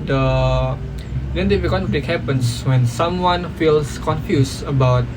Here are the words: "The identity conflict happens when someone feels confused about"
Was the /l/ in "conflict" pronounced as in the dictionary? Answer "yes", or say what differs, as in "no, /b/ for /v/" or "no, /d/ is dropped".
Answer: no, /l/ is dropped